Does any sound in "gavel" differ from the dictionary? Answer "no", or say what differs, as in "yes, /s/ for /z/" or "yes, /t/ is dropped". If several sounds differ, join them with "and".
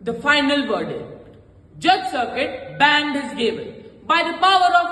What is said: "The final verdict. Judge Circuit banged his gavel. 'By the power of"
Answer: yes, /n/ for /l/